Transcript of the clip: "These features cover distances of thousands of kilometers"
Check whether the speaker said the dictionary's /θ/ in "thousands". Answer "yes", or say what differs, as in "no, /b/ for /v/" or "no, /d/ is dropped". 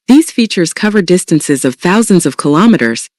yes